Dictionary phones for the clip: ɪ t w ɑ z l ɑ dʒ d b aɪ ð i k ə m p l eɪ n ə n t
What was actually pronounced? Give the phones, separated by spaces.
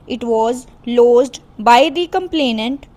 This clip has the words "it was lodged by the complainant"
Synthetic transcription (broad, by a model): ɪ t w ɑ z l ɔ z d b aɪ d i k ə m p l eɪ n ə n t